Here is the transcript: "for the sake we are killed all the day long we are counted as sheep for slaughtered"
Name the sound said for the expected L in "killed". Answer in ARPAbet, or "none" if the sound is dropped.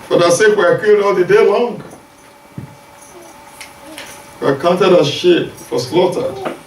none